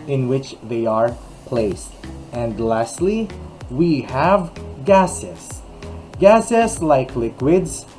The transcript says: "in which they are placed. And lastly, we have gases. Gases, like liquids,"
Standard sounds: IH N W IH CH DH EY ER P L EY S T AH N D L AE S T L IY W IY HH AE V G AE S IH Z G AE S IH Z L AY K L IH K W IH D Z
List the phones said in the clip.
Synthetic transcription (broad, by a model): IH N W IH CH DH EY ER P L EY S T AH N D L AE S T L IY W IY HH AE V G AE S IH S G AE S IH S L AY K L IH K W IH D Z